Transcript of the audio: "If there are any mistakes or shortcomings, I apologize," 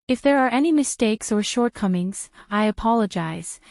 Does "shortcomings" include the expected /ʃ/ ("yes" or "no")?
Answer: yes